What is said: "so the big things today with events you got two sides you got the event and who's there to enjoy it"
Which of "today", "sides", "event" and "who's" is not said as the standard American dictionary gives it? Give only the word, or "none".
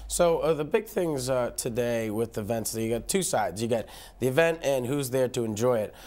none